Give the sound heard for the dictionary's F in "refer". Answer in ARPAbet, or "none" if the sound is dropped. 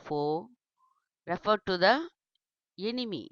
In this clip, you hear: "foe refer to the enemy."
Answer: F